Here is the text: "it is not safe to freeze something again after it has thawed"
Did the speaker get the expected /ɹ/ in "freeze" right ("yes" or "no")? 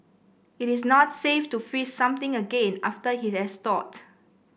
no